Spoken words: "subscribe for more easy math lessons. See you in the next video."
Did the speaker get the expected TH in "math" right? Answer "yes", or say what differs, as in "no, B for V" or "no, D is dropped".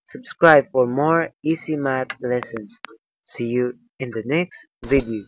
no, T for TH